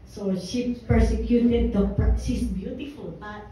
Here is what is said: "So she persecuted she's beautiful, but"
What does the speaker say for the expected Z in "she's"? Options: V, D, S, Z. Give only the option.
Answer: S